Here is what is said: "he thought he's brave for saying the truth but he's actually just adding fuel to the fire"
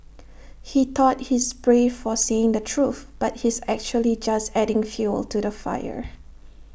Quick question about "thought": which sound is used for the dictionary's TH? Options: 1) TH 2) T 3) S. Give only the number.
2